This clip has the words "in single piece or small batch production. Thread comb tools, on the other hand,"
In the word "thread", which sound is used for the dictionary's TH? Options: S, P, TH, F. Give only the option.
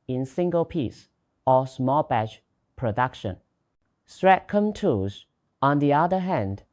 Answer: S